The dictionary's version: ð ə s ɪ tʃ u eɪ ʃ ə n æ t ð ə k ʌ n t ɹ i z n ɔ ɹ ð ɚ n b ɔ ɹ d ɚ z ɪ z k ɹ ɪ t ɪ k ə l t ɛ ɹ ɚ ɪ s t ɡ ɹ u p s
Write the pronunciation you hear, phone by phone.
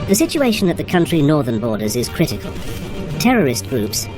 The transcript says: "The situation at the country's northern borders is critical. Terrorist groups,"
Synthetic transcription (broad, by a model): ð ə s ɪ tʃ u eɪ ʃ ə n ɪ t ð ə k ʌ n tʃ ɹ i n ɔ ɹ ð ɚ n b ɔ ɹ d ɚ z ɪ z k ɹ ɪ t ɪ k ə l t ɛ ɹ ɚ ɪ s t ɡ ɹ u p s